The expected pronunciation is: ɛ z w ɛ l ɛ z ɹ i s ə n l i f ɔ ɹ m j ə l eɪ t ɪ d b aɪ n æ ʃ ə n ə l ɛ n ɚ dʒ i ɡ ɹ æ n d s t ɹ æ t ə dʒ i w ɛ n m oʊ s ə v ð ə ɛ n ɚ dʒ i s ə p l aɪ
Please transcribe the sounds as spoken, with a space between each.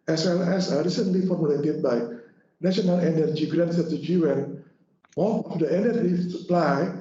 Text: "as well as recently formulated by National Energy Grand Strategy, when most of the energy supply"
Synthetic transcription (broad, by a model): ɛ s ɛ l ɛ s ɹ i s ə n l i f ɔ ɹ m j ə l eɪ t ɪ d b aɪ n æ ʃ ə n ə l ɛ n ɚ dʒ i ɡ ɹ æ n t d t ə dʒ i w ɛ n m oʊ θ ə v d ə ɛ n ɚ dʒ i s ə p l aɪ